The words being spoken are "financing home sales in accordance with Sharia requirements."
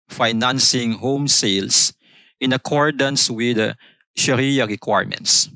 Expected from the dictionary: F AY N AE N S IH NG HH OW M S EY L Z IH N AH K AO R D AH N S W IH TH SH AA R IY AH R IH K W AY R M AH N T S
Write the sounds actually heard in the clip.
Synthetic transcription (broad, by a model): F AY N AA N S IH NG HH OW M S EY L S IH N AH K AO R D AH N S W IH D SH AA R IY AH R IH K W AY R M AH N T S